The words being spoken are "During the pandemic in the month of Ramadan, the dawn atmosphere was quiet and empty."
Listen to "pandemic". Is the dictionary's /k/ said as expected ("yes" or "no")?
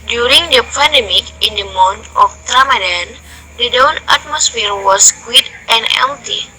yes